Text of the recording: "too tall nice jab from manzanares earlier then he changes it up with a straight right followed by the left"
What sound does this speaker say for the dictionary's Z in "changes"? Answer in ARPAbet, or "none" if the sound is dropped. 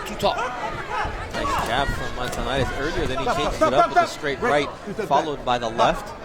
none